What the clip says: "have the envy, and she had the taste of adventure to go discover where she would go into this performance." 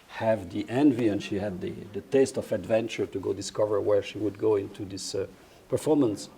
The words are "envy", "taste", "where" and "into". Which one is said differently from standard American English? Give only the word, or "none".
none